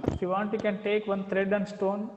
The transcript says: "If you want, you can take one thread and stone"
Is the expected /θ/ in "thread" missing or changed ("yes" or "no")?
yes